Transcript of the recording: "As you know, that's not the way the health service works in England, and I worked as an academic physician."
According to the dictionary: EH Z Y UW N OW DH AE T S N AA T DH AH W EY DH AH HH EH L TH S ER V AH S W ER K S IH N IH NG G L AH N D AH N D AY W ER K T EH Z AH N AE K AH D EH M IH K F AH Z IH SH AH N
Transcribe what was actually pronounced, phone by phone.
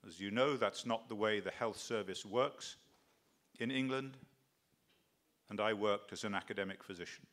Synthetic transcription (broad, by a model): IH Z Y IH N OW DH AE T S N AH T DH AH W EY DH AH HH EH L TH S ER V AH S W ER K S IH N IH NG G L AH N D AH N AY W ER K T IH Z AH N AE K AH D EH M IH K F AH Z IH SH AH N